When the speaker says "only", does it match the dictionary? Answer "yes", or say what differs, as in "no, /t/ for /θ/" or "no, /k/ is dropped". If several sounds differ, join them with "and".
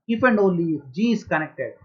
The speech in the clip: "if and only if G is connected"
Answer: no, /n/ is dropped